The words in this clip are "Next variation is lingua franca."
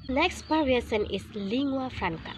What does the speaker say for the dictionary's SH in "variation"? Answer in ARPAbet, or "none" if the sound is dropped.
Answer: S